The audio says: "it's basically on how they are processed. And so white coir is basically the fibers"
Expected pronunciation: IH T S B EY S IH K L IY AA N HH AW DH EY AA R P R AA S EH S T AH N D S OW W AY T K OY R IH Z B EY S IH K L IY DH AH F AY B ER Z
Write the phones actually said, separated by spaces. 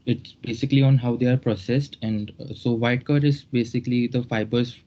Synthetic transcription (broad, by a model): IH T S B EY S IH K L IY AA N HH AW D EY AA R P R AA S EH S T AH N D S OW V AY T K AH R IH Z B EY S IH K L IY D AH F AY B ER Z